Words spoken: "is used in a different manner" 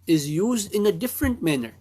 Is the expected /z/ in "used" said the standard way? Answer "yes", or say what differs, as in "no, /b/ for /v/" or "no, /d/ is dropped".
yes